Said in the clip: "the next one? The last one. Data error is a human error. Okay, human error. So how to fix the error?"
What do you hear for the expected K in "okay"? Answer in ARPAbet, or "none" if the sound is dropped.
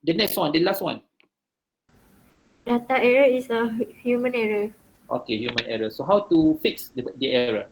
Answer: K